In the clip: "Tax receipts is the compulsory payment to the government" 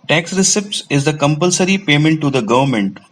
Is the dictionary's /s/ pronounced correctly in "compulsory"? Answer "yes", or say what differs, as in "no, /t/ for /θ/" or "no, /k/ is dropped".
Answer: yes